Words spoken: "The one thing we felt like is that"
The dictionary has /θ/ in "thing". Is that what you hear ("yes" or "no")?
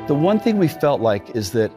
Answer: yes